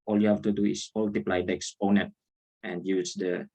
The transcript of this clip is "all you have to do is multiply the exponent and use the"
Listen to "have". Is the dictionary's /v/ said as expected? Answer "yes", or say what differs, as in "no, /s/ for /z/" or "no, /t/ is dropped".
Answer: no, /f/ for /v/